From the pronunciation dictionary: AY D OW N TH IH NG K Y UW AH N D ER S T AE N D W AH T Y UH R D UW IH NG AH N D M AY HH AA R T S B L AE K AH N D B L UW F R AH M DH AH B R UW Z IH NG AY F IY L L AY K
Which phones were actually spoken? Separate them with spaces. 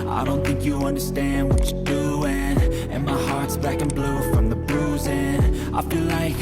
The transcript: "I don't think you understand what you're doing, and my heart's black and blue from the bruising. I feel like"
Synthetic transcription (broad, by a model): AY D OW N TH IH NG K Y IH AH N D ER S T AE N D W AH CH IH D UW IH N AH N M AY HH AA R T S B AE K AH N B L UW F R AH M DH AH B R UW Z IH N AY F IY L L AY K